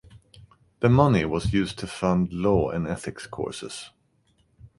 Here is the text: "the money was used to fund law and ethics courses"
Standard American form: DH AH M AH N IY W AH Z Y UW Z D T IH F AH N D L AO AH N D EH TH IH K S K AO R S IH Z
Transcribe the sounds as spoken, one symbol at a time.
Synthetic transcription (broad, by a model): DH AH M AH N IY W AH Z Y UW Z T IH F AH N D L AO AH N EH TH IH K S K AO R S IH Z